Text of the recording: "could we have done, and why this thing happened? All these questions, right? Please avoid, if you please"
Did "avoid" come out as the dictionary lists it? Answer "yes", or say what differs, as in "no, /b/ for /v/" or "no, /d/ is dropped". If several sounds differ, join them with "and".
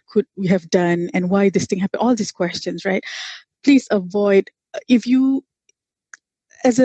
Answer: yes